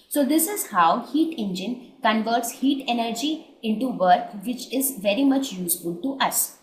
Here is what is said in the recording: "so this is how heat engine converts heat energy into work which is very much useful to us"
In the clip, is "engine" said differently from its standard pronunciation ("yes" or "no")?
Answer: no